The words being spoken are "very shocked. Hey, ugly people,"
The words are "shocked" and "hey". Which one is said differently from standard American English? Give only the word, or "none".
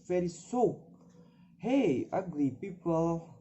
shocked